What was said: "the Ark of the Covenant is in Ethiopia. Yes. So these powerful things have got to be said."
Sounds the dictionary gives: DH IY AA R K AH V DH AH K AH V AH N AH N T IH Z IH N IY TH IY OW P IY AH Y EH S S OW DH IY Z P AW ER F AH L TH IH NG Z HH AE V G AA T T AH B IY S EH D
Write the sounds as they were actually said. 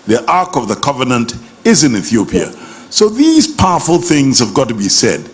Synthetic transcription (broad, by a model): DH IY AA R K AH V DH AH K AH V AH N AH N T IH Z IH N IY TH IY OW P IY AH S S OW DH IY Z P AW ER F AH L TH IH NG Z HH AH V G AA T T AH B IY S EH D